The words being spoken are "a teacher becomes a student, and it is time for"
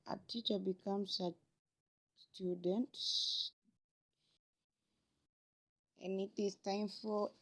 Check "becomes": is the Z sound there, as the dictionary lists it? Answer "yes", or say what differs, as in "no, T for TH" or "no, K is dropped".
no, S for Z